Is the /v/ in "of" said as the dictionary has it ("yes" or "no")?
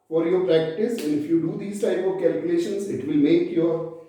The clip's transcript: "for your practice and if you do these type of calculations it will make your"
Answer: yes